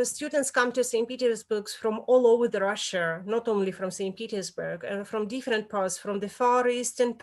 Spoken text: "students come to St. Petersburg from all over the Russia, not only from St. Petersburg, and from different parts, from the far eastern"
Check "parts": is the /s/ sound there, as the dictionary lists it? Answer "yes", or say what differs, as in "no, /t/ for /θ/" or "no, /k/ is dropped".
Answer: yes